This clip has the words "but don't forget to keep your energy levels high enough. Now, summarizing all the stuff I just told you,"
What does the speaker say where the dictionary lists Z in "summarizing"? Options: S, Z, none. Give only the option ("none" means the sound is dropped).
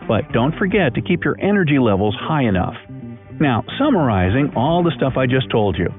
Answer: Z